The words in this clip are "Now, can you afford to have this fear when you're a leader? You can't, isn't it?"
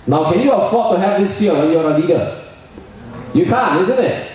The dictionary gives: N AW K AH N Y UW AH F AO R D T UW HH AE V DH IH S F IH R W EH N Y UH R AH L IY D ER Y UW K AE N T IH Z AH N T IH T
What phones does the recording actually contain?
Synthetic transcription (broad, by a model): N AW K AH N Y UW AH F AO T UW HH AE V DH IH S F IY L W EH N Y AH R AH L IY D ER Y UW K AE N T IH Z AH N T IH T